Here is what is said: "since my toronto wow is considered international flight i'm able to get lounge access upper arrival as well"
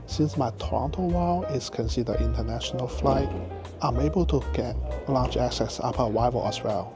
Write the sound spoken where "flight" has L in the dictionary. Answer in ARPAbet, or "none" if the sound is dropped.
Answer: L